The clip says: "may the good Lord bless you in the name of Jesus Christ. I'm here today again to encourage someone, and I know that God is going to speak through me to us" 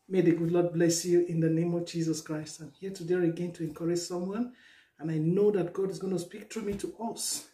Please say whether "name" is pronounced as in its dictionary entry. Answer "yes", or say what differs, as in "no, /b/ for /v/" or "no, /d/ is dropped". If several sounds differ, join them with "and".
yes